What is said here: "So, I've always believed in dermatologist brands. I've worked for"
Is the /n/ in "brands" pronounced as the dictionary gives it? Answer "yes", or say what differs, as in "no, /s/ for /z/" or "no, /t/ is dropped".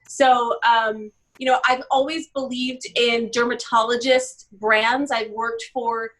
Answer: yes